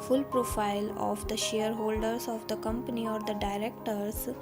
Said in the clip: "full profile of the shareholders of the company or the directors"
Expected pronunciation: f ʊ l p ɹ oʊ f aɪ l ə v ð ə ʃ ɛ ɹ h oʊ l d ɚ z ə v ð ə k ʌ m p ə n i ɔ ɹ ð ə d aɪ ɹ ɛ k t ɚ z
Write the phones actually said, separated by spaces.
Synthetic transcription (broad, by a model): f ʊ l p ɹ oʊ f aɪ l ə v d ə ʃ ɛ ɹ h oʊ l d ɚ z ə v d ə k ʌ m p ə n i ɔ ɹ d ə d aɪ ɹ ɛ k t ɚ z